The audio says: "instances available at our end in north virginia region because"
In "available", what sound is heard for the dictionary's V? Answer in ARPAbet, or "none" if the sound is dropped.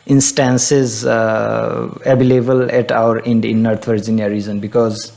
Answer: B